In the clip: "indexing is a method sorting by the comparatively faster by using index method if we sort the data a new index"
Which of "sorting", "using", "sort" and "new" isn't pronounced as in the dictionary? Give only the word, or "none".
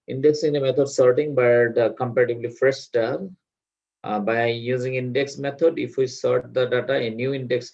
none